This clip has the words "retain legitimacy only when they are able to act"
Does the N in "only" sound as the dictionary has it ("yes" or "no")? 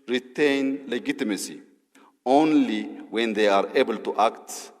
yes